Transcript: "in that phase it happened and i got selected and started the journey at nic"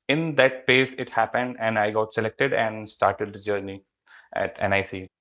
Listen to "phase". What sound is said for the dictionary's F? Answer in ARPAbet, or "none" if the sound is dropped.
P